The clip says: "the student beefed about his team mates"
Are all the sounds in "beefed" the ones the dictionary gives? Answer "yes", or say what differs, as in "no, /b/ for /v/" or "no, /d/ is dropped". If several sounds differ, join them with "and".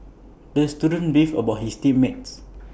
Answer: no, /t/ is dropped